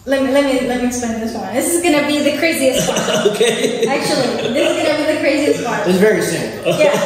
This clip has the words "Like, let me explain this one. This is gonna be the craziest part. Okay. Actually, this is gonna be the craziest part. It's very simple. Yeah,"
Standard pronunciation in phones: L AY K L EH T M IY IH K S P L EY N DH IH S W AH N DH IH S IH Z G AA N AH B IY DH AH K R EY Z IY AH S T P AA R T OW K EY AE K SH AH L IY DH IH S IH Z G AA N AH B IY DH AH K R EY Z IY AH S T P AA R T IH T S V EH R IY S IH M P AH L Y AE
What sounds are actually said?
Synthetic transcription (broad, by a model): L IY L L EH T M IY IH K S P L EY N DH IH S W AH N DH IH S IH Z G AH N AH B IY DH AH K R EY Z IY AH S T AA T OW K EY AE K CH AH L IY DH IH S IH Z G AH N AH B IY DH AH K R EY Z IY AH S T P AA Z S V EH R IY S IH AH N Y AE